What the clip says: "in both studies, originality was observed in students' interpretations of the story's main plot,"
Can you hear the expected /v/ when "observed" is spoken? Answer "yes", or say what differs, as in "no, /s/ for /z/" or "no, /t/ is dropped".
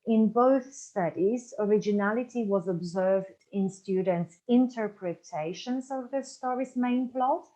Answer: yes